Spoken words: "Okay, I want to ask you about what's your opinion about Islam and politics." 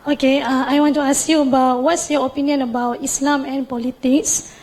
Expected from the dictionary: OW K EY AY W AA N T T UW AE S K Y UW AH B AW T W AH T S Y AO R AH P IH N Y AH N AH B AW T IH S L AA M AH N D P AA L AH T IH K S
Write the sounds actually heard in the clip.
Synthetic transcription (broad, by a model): OW K EY AY W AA N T T UW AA S K Y UW AH B AW T W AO T S Y AO R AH P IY N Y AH N AH B AW T IH S L AA M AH N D P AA L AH T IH K S